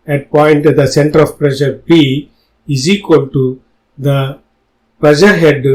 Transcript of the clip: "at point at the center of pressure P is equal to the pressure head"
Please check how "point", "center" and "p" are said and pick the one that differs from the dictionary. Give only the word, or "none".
p